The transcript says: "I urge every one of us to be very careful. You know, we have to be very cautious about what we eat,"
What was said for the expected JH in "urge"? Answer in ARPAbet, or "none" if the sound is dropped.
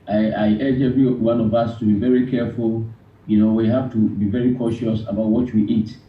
JH